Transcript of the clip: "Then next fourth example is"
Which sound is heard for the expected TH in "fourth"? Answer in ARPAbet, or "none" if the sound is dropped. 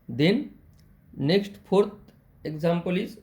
T